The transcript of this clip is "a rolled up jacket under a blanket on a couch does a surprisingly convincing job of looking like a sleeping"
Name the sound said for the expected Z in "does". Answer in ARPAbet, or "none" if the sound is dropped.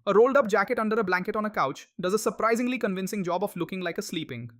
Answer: Z